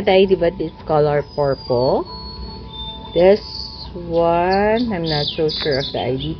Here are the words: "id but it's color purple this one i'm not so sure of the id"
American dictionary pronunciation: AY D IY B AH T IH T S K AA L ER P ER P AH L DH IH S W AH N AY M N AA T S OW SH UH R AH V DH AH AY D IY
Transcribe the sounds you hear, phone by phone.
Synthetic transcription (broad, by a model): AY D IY B AH T IH T S K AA L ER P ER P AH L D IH S W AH N AY M N AA T S OW SH UH R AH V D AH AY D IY